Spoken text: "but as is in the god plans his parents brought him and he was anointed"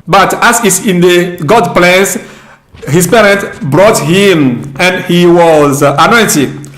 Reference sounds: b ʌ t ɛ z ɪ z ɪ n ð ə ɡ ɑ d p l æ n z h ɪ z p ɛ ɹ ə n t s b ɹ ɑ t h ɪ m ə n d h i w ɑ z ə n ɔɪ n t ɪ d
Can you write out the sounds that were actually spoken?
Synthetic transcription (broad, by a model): b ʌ t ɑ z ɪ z ɪ n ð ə ɡ ɑ d p l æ n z h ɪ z p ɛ ɹ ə n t b ɹ ɑ t h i m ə n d h i w ɑ z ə n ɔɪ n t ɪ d